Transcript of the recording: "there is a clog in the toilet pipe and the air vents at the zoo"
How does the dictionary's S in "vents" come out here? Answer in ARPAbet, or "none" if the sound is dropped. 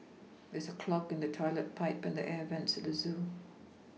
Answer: S